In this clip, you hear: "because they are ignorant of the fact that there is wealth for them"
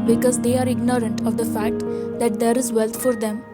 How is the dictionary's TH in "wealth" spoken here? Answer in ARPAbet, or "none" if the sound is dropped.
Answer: T